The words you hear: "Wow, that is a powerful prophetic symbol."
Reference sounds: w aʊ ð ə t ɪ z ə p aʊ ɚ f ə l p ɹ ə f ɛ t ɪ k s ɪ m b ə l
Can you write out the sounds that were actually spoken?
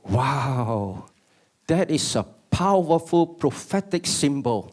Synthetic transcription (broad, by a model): w aʊ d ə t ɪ s ə p aʊ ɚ f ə l p ɹ ə f ɛ t ɪ k s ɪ m b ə l